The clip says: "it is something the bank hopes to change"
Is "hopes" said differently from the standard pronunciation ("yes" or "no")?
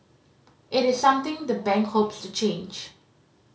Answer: no